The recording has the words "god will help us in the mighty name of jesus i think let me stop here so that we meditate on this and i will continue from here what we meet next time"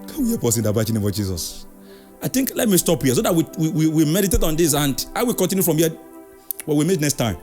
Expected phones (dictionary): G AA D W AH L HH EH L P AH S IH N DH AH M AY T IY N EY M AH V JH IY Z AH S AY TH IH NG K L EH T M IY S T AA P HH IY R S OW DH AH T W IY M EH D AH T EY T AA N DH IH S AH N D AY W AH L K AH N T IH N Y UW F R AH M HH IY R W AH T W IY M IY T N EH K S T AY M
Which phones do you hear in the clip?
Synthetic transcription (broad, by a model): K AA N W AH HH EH P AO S IH N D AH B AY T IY N EY M AH V JH IY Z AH S AY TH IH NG K L EH T M IY S T AA P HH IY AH S OW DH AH T W IY M EH D AH T EY T AA N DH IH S AH N D AY W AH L K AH N T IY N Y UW F R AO M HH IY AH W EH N W IY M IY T N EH K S T AY M